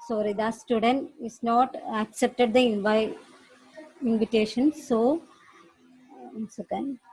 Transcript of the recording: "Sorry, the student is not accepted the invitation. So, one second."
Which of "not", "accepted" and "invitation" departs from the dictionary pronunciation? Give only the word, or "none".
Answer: invitation